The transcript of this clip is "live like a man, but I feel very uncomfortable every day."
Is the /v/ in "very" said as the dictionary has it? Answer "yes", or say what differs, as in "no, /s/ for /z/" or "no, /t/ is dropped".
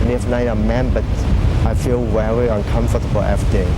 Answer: no, /w/ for /v/